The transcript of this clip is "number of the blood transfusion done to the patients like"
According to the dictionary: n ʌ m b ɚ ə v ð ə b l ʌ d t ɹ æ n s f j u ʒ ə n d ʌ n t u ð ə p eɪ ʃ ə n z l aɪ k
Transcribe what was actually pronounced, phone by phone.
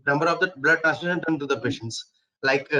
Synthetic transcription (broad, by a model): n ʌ m b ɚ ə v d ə b l ʌ d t æ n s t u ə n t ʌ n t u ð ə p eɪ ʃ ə n s l aɪ k